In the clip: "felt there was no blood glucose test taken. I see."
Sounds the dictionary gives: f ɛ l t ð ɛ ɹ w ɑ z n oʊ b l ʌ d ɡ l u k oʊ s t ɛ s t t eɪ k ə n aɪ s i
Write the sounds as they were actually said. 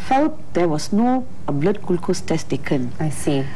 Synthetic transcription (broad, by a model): f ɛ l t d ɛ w ɑ s n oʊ b l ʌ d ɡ l k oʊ s t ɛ s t t eɪ k ə n aɪ s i